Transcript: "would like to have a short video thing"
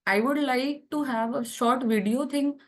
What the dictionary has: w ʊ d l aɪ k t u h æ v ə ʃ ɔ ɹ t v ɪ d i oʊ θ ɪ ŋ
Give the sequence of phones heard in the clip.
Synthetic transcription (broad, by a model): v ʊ d l aɪ k t u h æ v ə ʃ ɔ ɹ t v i d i oʊ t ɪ ŋ